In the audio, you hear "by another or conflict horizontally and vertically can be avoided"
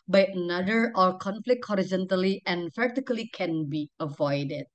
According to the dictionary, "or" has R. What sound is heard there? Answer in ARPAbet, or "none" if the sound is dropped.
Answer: L